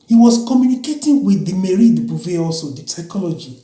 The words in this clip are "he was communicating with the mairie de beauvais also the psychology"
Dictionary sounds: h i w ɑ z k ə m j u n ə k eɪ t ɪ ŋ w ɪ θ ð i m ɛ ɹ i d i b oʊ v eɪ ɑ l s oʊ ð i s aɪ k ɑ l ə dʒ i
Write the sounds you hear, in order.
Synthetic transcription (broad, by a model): h i w ɑ s k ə m j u n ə k eɪ t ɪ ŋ w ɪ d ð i m ɛ ɹ i d i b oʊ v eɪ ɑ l s oʊ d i s aɪ k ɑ l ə dʒ i